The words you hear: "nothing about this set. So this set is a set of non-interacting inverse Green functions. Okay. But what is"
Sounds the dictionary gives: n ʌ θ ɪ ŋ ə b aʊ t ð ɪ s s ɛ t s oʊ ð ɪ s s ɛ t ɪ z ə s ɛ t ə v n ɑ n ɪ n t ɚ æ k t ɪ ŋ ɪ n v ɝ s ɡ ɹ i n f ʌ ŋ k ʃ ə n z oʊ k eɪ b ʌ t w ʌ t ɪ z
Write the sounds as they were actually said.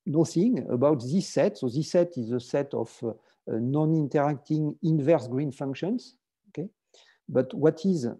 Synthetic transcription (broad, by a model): n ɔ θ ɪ ŋ ə b aʊ t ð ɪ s s ɛ t s oʊ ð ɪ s s ɛ t ɪ z ə s ɛ t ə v n ɑ n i n t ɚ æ k t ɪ ŋ ɪ n v ɝ s ɡ ɹ i n f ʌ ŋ k ʃ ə n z oʊ k eɪ b ʌ t w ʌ t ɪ z